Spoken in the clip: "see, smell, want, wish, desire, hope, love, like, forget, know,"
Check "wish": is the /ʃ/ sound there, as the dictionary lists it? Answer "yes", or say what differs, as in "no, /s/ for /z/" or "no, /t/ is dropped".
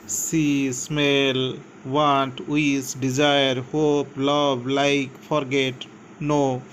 no, /s/ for /ʃ/